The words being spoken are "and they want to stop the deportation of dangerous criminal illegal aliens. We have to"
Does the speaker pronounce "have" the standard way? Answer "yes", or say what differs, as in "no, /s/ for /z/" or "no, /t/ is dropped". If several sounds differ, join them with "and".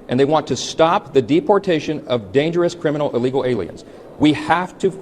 no, /f/ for /v/